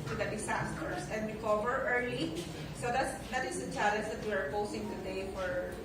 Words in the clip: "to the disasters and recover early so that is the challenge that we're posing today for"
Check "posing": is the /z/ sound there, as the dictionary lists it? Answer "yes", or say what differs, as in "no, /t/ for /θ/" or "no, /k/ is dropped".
no, /s/ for /z/